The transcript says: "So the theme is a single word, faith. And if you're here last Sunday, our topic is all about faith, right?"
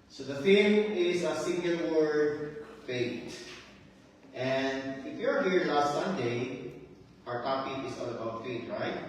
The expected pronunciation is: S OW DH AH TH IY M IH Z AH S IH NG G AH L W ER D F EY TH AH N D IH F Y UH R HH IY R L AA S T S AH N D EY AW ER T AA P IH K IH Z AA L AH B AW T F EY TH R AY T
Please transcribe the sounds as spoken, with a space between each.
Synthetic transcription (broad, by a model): S OW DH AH F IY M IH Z AH S IH NG G AH L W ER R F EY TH AH N D IH F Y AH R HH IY R L AA S T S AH N D EY AW ER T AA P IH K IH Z AA L AH B AW T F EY T R AY T